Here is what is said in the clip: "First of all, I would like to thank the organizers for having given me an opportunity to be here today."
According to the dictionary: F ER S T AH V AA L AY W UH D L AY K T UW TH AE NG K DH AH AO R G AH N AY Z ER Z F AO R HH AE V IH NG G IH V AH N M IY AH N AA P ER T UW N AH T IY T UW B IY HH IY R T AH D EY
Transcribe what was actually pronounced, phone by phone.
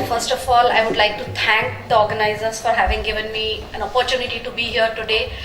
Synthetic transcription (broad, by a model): F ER S T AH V AA L AY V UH D L AY K T UW T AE NG K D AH AO R G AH N AY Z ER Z F AO R HH AE V IH NG G IH V AH N M IY AH N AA P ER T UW N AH T IY T UW B IY HH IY R T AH D EY